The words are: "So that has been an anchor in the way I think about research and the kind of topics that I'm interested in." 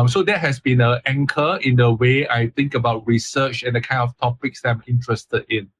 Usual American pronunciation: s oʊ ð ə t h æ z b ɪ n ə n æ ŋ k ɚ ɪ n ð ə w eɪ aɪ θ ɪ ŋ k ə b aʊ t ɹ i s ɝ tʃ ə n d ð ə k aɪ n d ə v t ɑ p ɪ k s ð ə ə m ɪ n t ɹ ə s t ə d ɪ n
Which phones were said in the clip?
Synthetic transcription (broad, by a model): s oʊ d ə t h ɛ s b ɪ n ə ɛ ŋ k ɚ ɪ n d ə w eɪ aɪ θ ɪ ŋ k ə b aʊ t ɹ i s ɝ tʃ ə n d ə k aɪ n d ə f t ɑ p ɪ k s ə ə m ɪ n t ɹ ə s t ə d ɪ n